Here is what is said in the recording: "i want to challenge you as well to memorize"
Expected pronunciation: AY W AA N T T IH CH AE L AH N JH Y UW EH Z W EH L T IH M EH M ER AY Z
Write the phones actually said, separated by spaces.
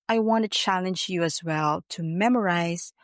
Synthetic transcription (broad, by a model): AY W AA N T T IH CH AE L AH N JH Y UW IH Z W EH L T IH M EH M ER AY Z